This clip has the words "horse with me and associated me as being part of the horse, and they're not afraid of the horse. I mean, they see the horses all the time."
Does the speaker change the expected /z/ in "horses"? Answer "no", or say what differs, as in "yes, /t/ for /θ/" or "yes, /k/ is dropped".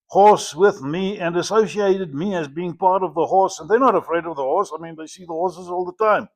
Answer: no